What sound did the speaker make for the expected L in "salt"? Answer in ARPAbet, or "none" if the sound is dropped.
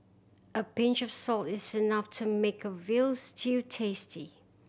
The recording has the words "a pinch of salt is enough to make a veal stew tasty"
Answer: L